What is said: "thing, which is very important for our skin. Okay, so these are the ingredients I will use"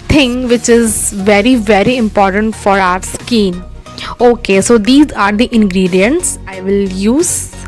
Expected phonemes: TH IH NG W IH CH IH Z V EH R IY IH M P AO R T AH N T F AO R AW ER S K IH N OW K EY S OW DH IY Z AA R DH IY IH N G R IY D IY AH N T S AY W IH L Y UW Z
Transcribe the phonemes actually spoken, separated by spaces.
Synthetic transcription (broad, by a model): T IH NG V IH CH IH Z V EH R IY IH M P AO R T AH N T F AO R AW ER S K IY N OW K EY S OW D IY Z AA R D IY IH N G R IY D IY AH N T S AY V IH L Y UW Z